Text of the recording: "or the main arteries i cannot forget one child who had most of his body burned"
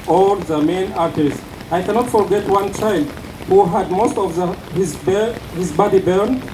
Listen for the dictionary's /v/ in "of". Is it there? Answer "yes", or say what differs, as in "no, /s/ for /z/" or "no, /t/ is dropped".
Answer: no, /b/ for /v/